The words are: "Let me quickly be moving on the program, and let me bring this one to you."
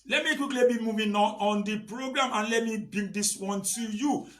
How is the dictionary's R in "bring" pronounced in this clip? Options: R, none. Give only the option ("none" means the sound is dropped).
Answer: none